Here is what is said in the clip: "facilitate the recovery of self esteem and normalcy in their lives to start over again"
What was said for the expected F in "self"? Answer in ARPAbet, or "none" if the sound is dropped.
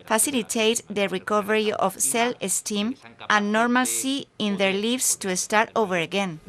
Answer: none